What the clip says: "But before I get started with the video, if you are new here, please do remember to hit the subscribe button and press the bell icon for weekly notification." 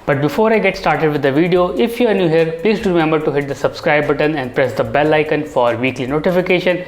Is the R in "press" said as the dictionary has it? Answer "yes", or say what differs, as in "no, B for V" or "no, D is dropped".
yes